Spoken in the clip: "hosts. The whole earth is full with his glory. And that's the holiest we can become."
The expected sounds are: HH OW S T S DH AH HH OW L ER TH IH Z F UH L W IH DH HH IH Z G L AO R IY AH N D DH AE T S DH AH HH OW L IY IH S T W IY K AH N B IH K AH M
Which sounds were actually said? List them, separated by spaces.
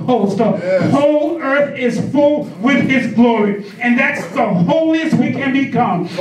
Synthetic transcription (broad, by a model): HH OW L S DH AH HH OW L ER TH IH Z F UH L W IH DH IH Z G L AO R IY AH N DH AE T S DH AH HH OW L IY IH S T W IY K AH N B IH K AH M